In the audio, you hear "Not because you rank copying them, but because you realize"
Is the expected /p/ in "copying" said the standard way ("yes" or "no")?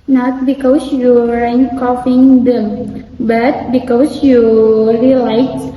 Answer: no